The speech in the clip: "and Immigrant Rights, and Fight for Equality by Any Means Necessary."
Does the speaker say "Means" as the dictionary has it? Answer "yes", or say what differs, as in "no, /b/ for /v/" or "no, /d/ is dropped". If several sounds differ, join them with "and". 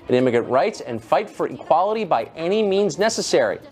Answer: yes